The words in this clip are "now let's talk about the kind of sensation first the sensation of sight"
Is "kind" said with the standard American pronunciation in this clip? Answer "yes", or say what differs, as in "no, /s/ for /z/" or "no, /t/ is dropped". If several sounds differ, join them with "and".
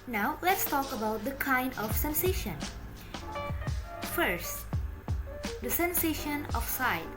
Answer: yes